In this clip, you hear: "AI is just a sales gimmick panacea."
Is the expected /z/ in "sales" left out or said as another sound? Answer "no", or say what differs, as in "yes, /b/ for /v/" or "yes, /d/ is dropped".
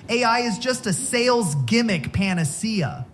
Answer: no